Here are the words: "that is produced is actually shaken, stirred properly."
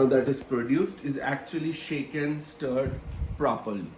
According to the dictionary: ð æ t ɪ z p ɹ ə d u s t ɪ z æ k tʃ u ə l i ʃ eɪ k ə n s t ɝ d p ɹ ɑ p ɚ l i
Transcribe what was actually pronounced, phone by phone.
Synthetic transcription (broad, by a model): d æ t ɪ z p ɹ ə d u s t ɪ z æ k tʃ u ə l i ʃ eɪ k ə n s t ɝ d p ɹ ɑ p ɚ l i